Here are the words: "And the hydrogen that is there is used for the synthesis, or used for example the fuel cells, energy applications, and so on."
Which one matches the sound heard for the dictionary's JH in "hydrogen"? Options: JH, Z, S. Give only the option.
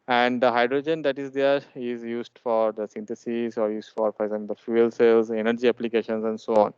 JH